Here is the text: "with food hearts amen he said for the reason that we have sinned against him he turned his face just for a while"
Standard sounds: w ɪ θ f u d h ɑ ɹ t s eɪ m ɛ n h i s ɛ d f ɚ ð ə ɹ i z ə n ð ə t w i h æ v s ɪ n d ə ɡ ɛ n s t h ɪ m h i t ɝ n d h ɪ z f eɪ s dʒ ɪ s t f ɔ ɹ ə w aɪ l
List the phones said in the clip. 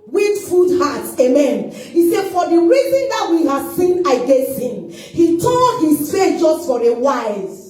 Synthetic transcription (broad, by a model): w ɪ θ f u d h ɑ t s eɪ m ɛ n h i s ɛ d f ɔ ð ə ɹ i z ə n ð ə t w i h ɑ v s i n ə ɡ ɛ n s t h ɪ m h i t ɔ d h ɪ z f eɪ dʒ ɪ s t f ɔ ɹ ə w aɪ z